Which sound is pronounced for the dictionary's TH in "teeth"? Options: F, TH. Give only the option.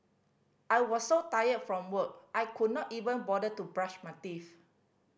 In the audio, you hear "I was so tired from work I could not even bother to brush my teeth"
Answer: F